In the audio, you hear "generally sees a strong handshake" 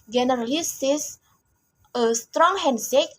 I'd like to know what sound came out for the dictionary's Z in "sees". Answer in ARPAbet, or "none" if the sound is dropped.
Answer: S